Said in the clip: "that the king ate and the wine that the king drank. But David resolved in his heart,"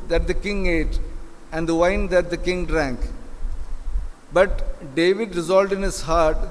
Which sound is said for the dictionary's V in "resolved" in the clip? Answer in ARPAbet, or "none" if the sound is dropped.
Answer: none